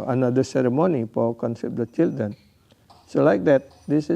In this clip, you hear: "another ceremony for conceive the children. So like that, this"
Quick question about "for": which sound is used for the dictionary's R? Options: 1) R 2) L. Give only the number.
2